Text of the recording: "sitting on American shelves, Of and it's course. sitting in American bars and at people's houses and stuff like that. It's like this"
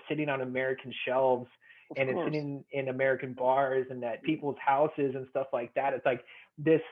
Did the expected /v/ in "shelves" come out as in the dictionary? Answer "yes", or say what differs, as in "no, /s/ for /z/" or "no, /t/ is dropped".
yes